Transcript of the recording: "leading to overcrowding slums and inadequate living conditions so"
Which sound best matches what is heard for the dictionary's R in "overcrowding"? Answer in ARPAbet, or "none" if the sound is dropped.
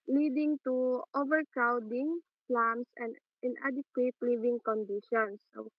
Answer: R